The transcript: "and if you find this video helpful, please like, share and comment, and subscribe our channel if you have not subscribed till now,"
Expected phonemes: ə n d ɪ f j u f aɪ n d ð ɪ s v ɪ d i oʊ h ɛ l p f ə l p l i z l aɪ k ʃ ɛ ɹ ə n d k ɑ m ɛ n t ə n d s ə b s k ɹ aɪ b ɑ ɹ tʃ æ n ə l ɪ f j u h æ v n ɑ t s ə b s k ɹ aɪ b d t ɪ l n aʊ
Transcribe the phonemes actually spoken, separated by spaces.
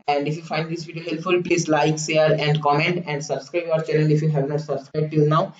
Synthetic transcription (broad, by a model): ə n d ɪ f j u f aɪ n d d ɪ s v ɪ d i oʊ h ɛ l p f ə l p l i s l aɪ k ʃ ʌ ɹ ə n d k ɑ m ɛ n t ə n d s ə b s k ɹ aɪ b ɑ ɹ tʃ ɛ l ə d ɪ f j u h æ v n ɑ t s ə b s k ɹ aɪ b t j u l n aʊ